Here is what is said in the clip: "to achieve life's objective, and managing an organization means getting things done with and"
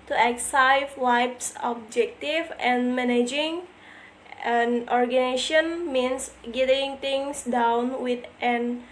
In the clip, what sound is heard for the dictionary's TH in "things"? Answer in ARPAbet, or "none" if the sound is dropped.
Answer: T